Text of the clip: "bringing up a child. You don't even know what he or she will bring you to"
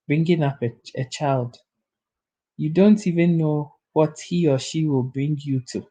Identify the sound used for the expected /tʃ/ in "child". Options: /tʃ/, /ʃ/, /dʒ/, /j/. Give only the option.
/tʃ/